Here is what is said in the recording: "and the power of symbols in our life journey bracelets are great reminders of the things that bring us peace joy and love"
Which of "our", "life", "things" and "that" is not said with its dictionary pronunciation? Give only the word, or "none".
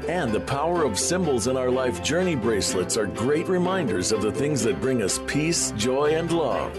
none